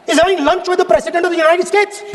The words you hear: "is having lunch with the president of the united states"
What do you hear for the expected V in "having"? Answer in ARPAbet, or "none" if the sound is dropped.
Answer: none